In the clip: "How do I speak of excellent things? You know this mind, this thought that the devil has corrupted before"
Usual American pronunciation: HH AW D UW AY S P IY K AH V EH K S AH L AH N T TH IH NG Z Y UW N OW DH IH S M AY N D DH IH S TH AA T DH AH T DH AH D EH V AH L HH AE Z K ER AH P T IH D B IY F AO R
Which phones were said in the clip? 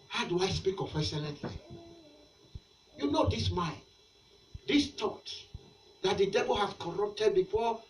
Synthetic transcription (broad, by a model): HH AW D UW AY S P IY K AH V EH S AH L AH T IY Y UW N OW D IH S M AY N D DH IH S T AA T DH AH T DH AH D EH V AH L HH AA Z K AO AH P T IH D B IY F AO